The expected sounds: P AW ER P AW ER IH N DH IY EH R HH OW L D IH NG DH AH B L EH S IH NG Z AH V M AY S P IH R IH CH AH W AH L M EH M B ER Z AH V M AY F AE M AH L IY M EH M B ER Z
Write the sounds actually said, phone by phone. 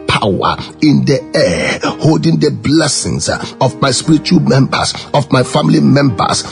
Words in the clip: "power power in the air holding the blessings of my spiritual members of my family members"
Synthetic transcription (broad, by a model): P AW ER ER IH N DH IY EH HH OW L D IH NG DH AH B L EH S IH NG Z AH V M AY S P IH R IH CH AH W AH L M EH M B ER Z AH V M AY F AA M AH L IY M EH M B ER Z